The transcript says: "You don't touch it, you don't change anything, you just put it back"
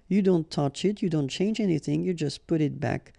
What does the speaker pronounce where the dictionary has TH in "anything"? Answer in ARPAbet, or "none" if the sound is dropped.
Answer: TH